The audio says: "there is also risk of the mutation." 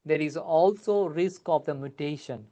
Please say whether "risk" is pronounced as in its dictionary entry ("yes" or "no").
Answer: yes